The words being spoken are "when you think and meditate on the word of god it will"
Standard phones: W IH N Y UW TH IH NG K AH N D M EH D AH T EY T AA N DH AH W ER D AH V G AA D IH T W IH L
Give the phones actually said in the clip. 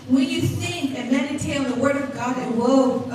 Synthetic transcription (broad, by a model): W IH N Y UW S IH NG AH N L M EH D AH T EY IH L DH AH W ER D AH V G AA D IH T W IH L